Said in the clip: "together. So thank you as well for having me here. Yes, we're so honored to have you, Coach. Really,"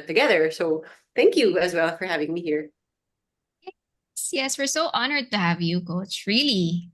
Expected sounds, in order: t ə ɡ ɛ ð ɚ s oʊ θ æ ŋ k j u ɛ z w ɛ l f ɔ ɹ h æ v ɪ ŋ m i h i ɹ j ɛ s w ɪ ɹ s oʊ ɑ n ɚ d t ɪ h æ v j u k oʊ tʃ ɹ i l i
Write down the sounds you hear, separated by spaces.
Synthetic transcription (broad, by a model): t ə ɡ ɛ ð ɚ s oʊ θ æ ŋ k j u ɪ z w ɛ l f ɔ ɹ h æ v ɪ ŋ m i h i ɹ j ɛ s w ɪ ɹ s oʊ ɑ n ɚ d t ɪ h æ v j u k oʊ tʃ ɹ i l i